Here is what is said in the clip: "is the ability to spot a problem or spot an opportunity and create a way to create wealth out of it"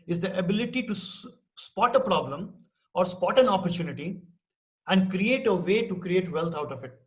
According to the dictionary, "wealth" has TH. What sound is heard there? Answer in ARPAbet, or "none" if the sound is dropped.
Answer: T